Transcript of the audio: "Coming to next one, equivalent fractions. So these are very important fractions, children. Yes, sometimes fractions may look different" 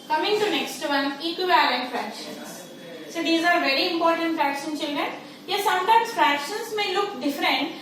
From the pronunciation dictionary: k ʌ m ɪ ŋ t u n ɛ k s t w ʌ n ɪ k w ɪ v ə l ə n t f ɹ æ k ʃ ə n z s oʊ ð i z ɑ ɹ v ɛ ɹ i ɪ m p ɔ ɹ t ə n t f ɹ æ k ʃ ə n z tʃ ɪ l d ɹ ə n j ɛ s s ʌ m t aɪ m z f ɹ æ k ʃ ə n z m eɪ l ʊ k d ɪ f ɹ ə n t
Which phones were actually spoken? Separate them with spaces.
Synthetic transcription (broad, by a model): k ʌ m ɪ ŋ t u n ɛ k s t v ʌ n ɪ k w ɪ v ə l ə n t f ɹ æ k ʃ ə n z s oʊ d i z ɑ ɹ v ɛ ɹ i ɪ m p ɔ ɹ t ə n t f ɹ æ k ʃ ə n tʃ ɪ l d ɹ ə n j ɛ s s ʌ m t aɪ m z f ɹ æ k ʃ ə n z m eɪ l ʊ k d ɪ f ɹ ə n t